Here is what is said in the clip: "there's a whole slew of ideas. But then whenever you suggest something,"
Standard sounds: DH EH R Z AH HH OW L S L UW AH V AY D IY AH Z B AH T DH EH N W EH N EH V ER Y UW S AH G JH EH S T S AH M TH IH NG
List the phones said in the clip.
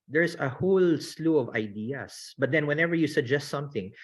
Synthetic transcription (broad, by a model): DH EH R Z AH HH OW L S L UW AH V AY D IY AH S B AH T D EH N W EH N EH V ER Y UW S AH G JH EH S T S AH M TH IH NG